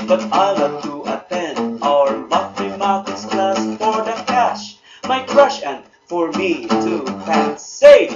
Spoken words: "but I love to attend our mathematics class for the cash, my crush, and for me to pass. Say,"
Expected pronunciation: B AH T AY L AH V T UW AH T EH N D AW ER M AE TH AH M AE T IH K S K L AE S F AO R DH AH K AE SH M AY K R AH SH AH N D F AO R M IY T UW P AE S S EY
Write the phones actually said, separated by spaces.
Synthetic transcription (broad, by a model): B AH T AY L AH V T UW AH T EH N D AW ER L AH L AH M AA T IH S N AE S F AO R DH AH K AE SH M AY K R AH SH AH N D F AO R M IY T UW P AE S S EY